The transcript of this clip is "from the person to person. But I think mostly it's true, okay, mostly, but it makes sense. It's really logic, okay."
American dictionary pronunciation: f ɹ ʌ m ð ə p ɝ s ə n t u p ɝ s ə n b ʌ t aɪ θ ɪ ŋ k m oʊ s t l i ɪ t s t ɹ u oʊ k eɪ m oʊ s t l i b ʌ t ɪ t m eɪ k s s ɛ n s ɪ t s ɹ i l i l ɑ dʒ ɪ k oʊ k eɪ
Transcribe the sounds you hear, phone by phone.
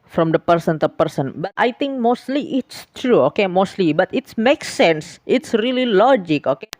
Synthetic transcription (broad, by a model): f ɹ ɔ m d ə p ɝ s ə n t u p ɝ s ə n b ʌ t aɪ t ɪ ŋ k m oʊ s t l i ɪ t s t ɹ u oʊ k eɪ m oʊ s t l i b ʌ t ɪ t m eɪ k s s ɛ n s ɪ t s ɹ i l i l ɑ dʒ ɪ k oʊ k eɪ